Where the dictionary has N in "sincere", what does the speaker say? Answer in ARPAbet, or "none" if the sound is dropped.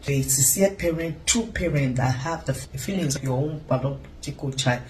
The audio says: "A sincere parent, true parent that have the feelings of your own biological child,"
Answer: none